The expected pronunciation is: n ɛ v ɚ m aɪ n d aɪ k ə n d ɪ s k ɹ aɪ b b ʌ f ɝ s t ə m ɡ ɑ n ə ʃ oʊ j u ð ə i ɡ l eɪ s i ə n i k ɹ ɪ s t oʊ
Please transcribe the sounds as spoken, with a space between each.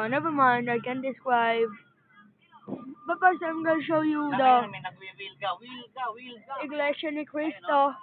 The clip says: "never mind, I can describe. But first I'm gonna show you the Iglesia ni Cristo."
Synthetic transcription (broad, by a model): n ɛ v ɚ m aɪ n d aɪ k ə n d ɪ s k ɹ aɪ b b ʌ p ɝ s ə m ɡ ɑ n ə ʃ oʊ j u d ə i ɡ l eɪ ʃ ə n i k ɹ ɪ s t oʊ